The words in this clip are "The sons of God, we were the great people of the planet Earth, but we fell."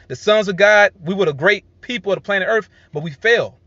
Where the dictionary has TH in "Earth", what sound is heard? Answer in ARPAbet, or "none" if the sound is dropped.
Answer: TH